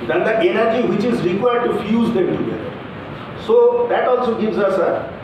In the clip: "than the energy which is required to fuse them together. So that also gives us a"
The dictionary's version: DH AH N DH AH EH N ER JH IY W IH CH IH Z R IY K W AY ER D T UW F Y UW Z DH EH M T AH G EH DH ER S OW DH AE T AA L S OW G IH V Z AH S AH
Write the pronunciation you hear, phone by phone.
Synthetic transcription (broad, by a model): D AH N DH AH EH N ER JH IY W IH CH IH Z R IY K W AY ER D T UW F Y UW Z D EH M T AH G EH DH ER S OW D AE T AA L S OW G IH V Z AH S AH